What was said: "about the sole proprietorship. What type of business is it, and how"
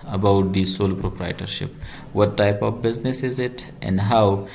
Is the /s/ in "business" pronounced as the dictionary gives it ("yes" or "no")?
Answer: yes